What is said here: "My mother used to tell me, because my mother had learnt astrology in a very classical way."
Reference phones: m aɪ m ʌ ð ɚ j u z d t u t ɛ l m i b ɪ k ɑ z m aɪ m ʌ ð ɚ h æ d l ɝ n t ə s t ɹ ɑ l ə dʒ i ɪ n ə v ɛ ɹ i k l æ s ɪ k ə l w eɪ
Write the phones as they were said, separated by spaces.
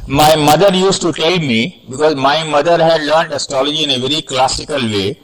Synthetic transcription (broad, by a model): m aɪ m ʌ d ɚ j u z t u t ɛ l m i b ɪ k ɑ z m aɪ m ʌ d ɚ h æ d l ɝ n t ə s t ɹ ɑ l ə dʒ i ɪ n ə v ɛ ɹ i k l æ s ɪ k ə l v eɪ